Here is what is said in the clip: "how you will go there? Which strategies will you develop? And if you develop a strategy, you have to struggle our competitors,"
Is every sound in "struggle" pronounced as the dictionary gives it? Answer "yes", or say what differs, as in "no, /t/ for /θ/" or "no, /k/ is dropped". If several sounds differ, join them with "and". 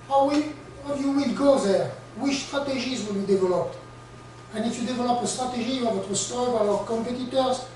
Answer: no, /ɹ/ is dropped